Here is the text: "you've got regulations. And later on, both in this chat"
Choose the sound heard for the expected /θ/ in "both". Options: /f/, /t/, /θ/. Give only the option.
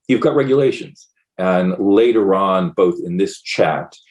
/θ/